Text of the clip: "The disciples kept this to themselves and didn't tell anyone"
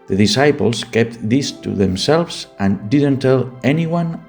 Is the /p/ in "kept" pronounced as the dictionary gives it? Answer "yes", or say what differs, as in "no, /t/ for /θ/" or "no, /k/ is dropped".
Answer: yes